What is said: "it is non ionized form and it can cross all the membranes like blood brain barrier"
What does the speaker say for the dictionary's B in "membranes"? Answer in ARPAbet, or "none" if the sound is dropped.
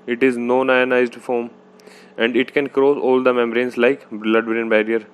none